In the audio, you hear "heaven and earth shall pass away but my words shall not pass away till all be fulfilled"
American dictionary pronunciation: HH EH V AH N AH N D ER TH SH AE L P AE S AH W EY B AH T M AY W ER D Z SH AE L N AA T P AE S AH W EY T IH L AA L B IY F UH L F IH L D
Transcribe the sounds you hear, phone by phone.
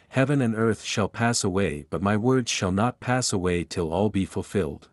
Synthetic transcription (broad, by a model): HH EH V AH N AH N D ER TH SH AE L P AE S AH W EY B AH T M AY W ER D Z SH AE L N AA T P AE S AH W EY T IH L AA L B IY F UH L F IH L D